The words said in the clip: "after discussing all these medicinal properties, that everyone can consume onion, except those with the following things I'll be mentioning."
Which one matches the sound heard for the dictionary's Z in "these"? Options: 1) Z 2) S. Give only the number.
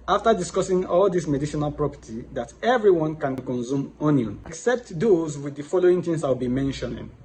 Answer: 2